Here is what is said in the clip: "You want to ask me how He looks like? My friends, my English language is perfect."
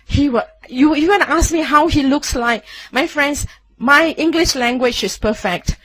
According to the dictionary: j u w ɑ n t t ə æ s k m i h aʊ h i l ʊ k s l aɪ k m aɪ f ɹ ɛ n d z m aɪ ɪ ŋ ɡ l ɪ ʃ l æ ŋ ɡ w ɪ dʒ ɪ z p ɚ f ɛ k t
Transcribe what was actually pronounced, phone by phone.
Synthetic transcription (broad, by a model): j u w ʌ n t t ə s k m i h aʊ h i l ʊ k s l aɪ k m aɪ f ɹ ɛ n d s m aɪ ɪ ŋ ɡ l ɪ ʃ l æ ŋ ɡ w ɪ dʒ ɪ s p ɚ f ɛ k t